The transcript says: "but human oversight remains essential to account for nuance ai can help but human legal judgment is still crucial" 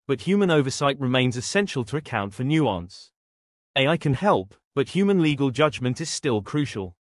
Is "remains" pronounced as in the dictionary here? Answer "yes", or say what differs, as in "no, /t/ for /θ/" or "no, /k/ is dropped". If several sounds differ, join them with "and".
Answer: yes